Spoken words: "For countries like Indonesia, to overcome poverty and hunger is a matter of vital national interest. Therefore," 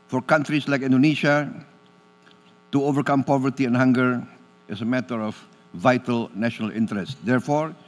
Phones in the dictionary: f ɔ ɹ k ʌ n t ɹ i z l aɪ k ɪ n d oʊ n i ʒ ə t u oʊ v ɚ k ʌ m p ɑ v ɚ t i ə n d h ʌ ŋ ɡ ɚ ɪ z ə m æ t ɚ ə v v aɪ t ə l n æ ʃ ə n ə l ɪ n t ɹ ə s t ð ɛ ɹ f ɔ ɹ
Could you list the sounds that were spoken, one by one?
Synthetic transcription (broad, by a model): f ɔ ɹ k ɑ n t ɹ i s l aɪ k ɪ n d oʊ n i ʃ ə t u oʊ v ɚ k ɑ m p ɑ v ɚ t i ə n h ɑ ŋ ɡ ɚ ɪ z ə m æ t ɚ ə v v aɪ t ə l n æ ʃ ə n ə l ɪ n t ɹ ə s t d ɛ ɹ f ɔ ɹ